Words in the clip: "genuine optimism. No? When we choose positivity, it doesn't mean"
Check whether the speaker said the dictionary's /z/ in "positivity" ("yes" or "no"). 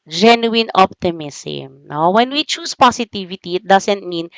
no